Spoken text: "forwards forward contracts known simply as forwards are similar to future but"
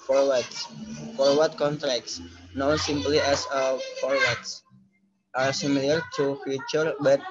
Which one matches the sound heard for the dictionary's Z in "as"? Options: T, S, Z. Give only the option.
S